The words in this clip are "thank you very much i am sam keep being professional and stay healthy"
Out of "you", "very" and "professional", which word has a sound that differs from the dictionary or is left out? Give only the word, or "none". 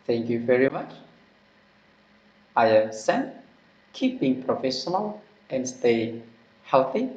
none